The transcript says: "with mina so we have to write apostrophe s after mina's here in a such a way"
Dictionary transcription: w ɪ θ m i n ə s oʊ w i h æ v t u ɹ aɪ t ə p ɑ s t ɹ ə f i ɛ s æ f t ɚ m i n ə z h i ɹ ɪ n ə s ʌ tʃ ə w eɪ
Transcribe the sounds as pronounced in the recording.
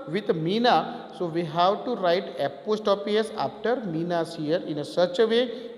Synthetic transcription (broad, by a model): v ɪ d m i n ə s oʊ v i h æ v t u ɹ aɪ t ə p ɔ s t ə p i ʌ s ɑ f t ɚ m i n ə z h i ɹ ɪ n ə s ʌ tʃ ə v eɪ